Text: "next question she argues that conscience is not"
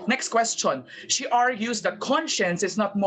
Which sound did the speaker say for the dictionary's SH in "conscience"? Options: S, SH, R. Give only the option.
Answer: SH